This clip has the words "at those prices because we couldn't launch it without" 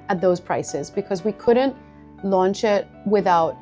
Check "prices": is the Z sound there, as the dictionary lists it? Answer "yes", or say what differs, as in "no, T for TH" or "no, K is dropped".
yes